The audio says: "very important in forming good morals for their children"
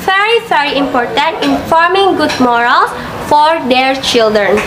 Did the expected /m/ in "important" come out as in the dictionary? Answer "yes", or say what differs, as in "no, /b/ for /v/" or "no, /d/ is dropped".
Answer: yes